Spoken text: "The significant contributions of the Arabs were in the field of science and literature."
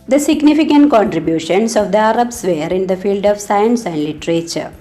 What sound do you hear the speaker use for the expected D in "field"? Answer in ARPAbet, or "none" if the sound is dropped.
D